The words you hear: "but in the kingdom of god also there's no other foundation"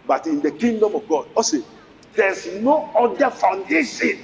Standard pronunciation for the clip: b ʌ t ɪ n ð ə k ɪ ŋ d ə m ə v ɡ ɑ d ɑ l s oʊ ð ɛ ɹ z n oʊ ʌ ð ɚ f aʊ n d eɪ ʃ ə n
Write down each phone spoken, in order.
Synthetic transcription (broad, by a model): b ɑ t ɪ n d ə k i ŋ d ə m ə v ɡ ɑ d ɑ s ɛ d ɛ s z n oʊ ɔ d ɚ f aʊ n d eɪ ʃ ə n